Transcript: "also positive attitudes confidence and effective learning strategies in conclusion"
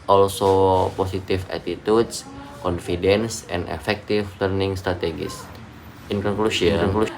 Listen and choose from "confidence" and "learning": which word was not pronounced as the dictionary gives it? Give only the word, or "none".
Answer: none